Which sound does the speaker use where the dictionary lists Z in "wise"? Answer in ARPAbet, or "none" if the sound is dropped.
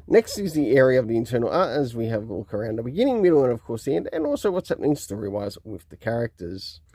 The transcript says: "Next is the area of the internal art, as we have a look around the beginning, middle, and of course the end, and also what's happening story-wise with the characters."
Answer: Z